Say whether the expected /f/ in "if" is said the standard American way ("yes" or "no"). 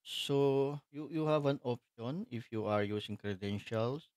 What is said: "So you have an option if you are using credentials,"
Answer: yes